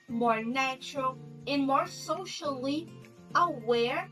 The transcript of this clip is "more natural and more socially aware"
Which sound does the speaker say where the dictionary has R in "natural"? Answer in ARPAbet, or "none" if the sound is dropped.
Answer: R